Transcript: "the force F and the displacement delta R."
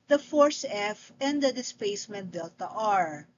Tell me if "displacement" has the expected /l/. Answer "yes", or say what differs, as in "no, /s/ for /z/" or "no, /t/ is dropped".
no, /l/ is dropped